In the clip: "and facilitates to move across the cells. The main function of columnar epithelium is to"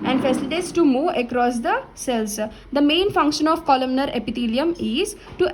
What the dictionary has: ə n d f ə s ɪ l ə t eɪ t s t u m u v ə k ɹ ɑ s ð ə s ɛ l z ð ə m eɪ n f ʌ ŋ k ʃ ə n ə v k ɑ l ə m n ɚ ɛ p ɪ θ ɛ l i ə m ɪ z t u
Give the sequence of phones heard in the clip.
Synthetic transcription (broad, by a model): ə n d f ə s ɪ l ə t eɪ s t u m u ə k ɹ ɑ s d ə s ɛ l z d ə m eɪ n f ʌ ŋ k ʃ ə n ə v k ɑ l ə m n ɚ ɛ p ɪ t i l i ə m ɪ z t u